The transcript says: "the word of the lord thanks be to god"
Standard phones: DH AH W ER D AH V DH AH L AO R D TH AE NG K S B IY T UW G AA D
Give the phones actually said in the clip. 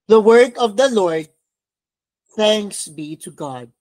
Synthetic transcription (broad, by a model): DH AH W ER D AH V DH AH L AO R D TH AE NG K S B IY T UW G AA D